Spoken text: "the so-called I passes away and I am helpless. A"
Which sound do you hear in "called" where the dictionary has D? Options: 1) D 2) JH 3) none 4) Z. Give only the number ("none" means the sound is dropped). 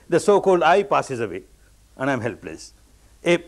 1